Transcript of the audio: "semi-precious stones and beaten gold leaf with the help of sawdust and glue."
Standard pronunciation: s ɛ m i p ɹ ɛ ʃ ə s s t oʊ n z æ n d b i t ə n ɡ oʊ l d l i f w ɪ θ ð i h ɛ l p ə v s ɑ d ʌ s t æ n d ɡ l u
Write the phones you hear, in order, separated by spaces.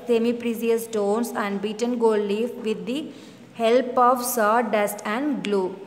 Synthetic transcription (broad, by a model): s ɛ m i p ɹ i s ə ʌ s t oʊ n s æ n d b i t ə n ɡ oʊ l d l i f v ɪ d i h ɛ l p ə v s ɑ d ʌ s t æ n d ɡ l u